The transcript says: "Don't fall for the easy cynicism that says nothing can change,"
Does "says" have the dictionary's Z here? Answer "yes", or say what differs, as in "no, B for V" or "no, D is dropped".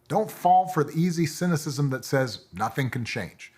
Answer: yes